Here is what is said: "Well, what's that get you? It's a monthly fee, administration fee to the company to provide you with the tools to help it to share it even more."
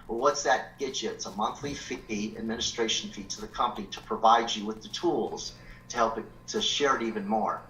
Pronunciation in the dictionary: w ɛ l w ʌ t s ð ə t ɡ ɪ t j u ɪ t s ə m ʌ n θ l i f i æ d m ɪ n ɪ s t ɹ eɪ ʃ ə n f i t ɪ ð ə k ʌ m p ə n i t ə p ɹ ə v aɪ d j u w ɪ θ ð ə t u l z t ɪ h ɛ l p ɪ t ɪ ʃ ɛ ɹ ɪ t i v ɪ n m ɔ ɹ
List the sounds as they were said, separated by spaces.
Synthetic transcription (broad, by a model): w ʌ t w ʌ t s ð ə t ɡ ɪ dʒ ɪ ɪ t s ə m ʌ n θ l i f i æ d m ɪ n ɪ s t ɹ eɪ ʃ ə n f i t ɪ ð ə k ʌ m p ə n i t ə p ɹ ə v aɪ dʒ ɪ w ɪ ð ə t u l z t ɪ h ɛ l p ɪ t ɪ ʃ ɛ ɹ ɪ t i v ɪ n m ɔ ɹ